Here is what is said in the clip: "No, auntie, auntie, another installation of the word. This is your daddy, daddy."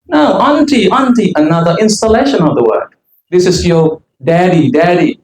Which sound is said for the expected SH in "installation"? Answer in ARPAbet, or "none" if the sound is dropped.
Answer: SH